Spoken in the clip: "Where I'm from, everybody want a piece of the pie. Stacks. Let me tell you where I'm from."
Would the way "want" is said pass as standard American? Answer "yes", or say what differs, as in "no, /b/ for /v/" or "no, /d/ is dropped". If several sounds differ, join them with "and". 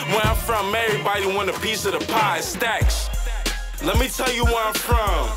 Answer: no, /t/ is dropped